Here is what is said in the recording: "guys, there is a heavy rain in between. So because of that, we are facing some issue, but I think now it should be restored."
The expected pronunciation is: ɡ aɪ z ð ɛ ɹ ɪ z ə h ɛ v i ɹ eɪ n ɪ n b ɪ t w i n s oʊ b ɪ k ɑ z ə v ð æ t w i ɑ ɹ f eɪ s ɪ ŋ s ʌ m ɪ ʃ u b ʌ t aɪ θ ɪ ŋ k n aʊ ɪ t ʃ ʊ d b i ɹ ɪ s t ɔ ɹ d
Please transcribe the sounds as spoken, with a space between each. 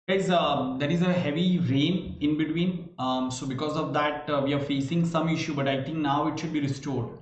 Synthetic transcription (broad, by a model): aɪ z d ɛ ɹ ɪ z ə h ɛ v i ɹ eɪ n ɪ n b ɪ t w i n s oʊ b ɪ k ɑ z ə v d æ t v i ɑ ɹ f eɪ s ɪ ŋ s ʌ m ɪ ʃ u b ʌ t aɪ t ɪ ŋ k n aʊ ɪ t ʃ ʊ d b i ɹ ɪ s t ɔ ɹ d